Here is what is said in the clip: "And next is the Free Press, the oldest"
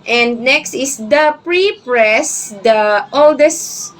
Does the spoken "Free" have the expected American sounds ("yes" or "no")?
no